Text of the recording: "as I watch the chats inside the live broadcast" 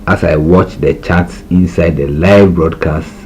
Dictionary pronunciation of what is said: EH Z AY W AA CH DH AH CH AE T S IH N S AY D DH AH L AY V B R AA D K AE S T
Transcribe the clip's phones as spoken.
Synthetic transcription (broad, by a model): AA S AY W AA CH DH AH CH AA T S IH N S AY D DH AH L AY V B R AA D K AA S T